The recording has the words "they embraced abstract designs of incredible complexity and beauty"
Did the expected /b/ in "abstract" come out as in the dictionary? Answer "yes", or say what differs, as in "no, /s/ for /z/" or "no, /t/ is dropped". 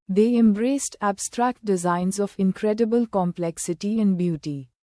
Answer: yes